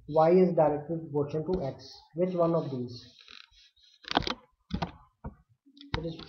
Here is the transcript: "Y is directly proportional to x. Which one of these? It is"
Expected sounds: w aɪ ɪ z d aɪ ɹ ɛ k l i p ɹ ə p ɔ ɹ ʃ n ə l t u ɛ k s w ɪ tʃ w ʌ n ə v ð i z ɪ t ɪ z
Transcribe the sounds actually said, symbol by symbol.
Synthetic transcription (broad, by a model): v aɪ ɪ z d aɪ ɹ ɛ k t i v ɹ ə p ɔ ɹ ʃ ə n t u ɛ k s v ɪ tʃ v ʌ n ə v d i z ɪ t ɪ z